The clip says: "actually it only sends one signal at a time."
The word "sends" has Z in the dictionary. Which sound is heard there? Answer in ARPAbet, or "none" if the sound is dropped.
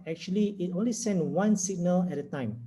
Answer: none